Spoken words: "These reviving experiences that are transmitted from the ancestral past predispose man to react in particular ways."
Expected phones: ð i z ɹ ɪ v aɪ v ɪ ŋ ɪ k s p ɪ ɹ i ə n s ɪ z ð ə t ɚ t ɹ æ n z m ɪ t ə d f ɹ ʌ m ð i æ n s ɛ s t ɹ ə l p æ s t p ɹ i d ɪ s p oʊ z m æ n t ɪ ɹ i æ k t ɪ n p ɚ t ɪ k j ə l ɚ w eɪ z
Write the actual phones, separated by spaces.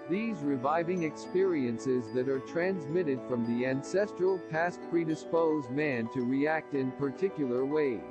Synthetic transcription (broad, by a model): ð i z ɹ ɪ v aɪ v ɪ ŋ ɪ k s p ɪ ɹ i ə n s ɪ z ð ə t ɚ t ɹ æ n z m ɪ t ə d f ɹ ʌ m ð i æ n s ɛ s t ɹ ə l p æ s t p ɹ i d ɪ s p oʊ z m æ n t ɪ ɹ i æ k t ɪ n p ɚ t ɪ k j l ɚ w eɪ